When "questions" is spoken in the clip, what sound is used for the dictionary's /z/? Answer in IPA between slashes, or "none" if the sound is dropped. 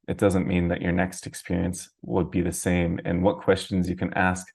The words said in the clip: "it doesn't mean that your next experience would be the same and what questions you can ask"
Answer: /z/